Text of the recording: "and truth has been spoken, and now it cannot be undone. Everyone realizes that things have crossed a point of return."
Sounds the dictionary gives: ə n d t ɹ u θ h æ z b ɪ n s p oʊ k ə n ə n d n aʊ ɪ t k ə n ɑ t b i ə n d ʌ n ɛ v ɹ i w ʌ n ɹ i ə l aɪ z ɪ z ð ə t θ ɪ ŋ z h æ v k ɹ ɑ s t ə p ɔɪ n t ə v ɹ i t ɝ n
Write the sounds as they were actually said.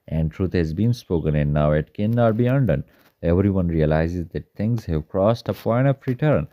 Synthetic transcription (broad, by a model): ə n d t ɹ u t h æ z b ɪ n s p oʊ k ə n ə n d n aʊ ɪ t k ə n ɑ t b i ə n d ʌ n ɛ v ɹ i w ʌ n ɹ i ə l aɪ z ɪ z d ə t t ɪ ŋ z h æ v k ɹ ɑ s t ə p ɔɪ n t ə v ɹ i t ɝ n